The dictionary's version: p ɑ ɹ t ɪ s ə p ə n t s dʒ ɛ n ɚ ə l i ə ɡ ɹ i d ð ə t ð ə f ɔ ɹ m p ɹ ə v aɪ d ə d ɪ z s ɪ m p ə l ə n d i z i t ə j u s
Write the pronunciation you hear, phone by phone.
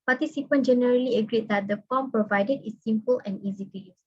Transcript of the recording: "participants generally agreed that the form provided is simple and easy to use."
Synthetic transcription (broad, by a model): p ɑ t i s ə p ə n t dʒ ɛ n ɚ ə l i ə ɡ ɹ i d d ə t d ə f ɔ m p ɹ ə v aɪ d ə d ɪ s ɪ m p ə l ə n i z i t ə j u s